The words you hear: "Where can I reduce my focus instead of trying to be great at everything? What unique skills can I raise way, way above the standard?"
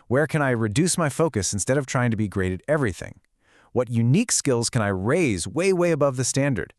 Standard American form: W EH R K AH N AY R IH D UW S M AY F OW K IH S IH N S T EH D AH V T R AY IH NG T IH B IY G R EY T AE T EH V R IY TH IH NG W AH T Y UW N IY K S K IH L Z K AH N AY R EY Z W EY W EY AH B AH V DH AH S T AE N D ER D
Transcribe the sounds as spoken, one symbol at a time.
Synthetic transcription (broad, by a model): W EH R K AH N AY R IH D UW S M AY F OW K IH S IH N S T EH D AH V T R AY IH NG T IH B IY G R EY T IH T EH V R IY TH IH NG W AH T Y UW N IY K S K IH L Z K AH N AY R EY Z W EY W EY AH B AH V DH AH S T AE N D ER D